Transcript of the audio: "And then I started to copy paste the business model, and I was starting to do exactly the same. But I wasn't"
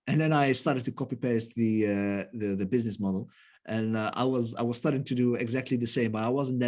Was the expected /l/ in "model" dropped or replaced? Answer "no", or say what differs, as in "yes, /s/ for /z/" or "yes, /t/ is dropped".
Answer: yes, /n/ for /l/